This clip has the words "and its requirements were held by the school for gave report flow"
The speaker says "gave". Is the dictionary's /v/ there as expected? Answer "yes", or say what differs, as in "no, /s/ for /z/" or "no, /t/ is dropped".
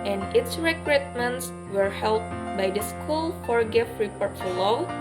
no, /f/ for /v/